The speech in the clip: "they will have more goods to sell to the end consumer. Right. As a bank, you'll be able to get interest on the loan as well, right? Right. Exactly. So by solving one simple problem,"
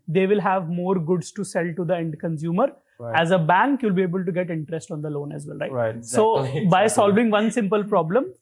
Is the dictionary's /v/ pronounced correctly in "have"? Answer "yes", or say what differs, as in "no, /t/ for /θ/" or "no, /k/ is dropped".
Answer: yes